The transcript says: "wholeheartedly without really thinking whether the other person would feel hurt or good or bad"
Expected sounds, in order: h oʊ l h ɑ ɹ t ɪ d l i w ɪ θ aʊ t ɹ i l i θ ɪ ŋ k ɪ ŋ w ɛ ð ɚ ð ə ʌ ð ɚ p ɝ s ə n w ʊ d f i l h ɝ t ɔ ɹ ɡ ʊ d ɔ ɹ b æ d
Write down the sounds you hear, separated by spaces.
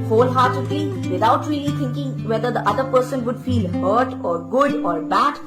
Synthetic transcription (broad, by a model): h oʊ l h ɑ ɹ t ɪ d l i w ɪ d aʊ t ɹ i l i t ɪ ŋ k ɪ ŋ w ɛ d ɚ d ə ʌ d ɚ p ɝ s ə n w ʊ d f i l h ɝ t ɔ ɹ ɡ ʊ d ɔ ɹ b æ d